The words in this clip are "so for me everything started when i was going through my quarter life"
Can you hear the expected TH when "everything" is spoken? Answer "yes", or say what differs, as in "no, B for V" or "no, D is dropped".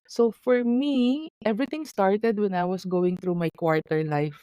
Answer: no, T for TH